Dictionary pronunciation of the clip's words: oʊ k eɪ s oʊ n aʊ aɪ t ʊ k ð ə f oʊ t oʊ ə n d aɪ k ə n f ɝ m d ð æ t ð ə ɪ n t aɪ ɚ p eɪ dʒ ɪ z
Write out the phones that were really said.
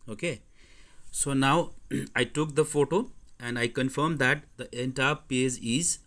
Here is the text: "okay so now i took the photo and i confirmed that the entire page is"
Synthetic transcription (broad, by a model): oʊ k eɪ s oʊ n aʊ aɪ t ʊ k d ə f oʊ t oʊ ə n d aɪ k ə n f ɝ m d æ t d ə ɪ n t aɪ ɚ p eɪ z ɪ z